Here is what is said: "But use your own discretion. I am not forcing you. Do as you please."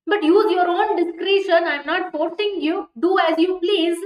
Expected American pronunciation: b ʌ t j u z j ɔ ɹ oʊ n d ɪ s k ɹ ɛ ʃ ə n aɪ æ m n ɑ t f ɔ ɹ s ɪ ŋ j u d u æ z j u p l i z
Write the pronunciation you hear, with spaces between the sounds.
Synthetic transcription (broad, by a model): b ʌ t j u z j ɔ ɹ oʊ n d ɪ s k ɹ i ʃ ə n aɪ m n ɑ t p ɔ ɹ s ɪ ŋ j u d u æ z j u p l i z